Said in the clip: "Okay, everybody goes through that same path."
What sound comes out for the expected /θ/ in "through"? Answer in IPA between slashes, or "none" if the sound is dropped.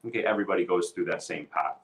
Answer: /θ/